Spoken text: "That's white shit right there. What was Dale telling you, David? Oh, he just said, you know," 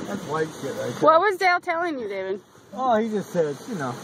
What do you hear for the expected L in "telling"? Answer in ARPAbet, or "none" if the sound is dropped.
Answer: L